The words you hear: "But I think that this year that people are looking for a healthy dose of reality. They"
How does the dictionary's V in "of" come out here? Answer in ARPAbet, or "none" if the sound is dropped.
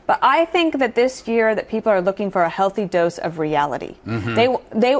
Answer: V